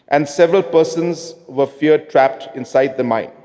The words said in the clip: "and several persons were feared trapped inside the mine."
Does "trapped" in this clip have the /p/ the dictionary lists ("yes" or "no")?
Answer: yes